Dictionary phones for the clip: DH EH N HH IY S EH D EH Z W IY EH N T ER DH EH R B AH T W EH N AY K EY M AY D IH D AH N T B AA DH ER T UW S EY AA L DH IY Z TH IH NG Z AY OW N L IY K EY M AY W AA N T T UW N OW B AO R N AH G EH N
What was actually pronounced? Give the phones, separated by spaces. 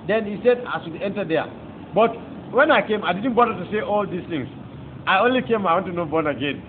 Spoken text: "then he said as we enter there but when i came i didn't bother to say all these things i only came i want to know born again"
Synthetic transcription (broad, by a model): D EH N HH IY S EH D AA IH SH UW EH N T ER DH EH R B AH T W EH N AY K EY M AY D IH D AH N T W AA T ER T UW S EY AA L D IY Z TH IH NG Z AY OW N L IY K EY M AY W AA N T T UW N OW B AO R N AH G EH N